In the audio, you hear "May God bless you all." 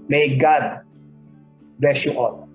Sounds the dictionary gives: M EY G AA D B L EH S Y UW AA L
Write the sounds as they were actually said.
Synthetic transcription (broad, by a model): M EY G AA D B EH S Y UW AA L